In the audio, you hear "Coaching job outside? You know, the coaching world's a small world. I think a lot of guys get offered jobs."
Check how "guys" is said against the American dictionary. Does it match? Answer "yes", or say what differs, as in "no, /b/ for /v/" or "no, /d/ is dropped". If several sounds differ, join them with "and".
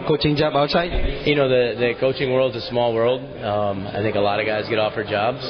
yes